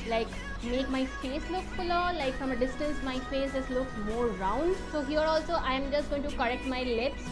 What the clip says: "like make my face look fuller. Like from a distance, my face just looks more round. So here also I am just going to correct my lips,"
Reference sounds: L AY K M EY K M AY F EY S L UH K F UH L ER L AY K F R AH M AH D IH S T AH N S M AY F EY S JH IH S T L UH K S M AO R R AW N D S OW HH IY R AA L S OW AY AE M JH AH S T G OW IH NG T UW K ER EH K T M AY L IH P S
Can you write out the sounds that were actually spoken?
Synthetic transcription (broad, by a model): L AY K M EY K M AY F EY S L UH K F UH L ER L AY K F R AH M AH D IH S T AH N S M AY F EY S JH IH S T L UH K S M AO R R AW N D S OW HH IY R AA L S OW AY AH M JH AH S T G OW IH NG T UW K ER EH K T M AY L IH P S